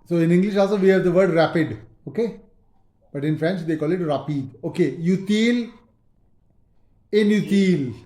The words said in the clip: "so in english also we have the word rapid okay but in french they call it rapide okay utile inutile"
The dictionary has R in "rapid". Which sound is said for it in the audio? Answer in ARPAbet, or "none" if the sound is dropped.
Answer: R